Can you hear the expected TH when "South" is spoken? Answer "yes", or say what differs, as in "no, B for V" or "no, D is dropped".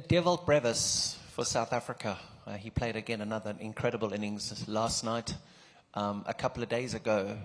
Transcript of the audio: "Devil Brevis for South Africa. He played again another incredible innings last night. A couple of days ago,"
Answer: yes